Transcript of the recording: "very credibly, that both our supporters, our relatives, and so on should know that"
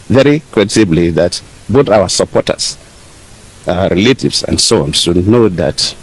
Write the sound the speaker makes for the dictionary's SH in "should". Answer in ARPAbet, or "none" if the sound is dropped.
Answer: S